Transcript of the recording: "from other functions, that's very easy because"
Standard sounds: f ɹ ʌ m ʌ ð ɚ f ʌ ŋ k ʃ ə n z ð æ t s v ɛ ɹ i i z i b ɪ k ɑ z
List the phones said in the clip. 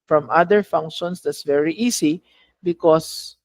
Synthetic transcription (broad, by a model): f ɹ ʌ m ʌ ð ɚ f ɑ ŋ k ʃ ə n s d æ t s v ɛ ɹ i i s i b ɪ k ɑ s